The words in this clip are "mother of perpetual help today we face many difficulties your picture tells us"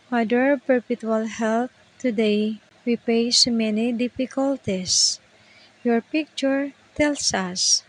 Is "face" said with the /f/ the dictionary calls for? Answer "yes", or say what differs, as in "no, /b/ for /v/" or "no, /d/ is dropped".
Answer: no, /p/ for /f/